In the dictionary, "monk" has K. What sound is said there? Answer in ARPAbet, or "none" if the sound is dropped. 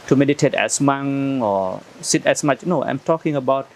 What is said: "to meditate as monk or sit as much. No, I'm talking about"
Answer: none